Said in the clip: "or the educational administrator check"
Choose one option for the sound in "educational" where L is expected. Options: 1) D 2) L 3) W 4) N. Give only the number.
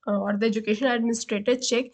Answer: 4